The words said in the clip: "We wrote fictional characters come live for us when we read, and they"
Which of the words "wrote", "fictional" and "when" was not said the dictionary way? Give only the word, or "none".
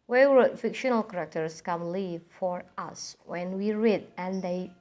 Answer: wrote